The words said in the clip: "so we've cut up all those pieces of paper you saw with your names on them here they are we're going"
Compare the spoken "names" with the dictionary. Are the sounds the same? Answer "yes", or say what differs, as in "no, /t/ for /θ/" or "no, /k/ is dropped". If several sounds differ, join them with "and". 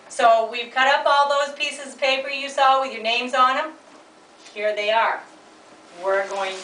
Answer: yes